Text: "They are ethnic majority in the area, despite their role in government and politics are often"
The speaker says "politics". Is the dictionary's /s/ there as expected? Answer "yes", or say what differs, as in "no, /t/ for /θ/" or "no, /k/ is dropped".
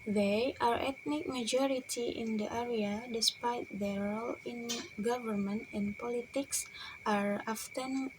yes